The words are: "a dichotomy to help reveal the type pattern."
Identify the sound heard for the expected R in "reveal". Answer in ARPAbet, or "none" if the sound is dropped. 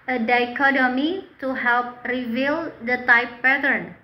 R